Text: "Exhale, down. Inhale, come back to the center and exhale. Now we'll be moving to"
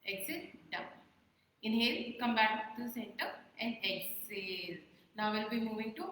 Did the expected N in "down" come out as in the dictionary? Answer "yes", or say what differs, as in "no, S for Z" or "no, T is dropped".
no, N is dropped